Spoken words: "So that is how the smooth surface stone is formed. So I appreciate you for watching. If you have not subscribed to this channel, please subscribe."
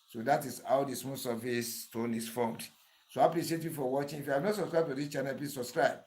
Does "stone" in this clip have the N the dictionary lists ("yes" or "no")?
yes